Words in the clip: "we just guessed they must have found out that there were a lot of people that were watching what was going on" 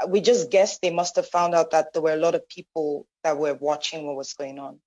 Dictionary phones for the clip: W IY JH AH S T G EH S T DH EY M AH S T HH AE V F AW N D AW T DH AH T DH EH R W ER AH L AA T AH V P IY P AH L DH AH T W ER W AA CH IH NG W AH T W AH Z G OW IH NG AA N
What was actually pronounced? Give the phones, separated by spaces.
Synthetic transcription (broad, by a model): W IY JH AH S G EH S DH EY M AH S T HH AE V F AW N D AW T DH AH T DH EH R W ER AH L AA T AH V P IY P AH L DH AH T W ER W AA CH IH NG W AH T W AH Z G OW IH NG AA N